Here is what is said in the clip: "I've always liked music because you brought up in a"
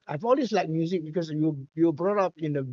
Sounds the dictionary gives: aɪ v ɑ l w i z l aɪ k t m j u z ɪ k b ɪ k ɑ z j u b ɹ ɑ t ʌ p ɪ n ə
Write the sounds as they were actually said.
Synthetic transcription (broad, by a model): aɪ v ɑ l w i s l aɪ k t m j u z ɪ k b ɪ k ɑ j j u b ɹ ɑ t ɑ p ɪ n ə